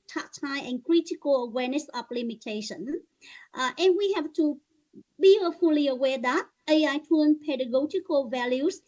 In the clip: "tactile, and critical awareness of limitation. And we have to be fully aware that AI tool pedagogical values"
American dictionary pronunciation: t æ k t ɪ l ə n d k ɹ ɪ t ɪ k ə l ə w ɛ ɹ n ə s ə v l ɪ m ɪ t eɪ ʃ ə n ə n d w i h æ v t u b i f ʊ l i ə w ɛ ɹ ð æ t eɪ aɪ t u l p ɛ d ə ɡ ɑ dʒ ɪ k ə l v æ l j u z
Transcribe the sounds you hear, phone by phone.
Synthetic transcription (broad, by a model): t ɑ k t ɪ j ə n k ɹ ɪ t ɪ k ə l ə w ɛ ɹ n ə s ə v l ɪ m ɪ t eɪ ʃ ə n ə n w i h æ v t u b i f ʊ l i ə w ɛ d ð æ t eɪ aɪ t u n p ɛ d ə ɡ ɑ dʒ ɪ k ə l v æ l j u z